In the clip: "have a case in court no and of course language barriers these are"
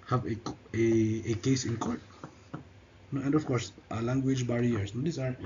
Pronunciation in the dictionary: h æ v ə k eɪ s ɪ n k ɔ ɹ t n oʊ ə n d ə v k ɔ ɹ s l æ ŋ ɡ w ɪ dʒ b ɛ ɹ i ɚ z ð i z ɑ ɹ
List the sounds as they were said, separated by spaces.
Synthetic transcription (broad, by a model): h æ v ə k eɪ s ɪ n k ɔ ɹ t n oʊ ə n d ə f k ɔ ɹ s l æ ŋ ɡ w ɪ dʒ b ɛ ɹ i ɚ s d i s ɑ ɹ